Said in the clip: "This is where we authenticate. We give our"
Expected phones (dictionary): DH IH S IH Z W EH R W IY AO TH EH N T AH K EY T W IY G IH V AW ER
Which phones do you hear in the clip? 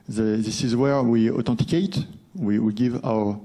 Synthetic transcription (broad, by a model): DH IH S IH Z W EH R W IY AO T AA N T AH K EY T W IY G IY V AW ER